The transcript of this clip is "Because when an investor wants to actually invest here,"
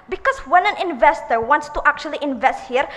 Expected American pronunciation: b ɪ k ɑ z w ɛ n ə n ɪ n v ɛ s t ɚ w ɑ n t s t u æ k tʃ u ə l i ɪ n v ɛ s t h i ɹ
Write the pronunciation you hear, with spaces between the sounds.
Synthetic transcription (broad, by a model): b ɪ k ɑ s w ɛ n ə n ɪ n v ɛ s t ɚ w ɑ n t s t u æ k tʃ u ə l i ɪ n v ɛ s t h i ɹ